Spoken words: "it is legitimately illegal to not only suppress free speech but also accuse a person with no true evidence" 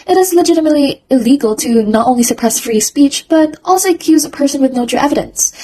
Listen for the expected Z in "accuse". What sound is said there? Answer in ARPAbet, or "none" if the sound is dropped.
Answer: Z